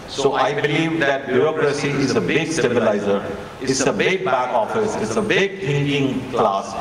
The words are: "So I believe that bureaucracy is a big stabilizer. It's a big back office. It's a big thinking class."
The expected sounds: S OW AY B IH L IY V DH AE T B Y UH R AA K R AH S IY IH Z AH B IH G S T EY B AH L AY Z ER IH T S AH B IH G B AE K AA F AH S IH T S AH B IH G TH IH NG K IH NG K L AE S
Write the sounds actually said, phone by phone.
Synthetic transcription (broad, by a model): S OW AY B IH L IY V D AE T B Y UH R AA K R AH S IY IH Z AH B IH G S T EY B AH L AY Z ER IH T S AH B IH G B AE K AA F AH S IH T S AH B IH G T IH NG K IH NG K L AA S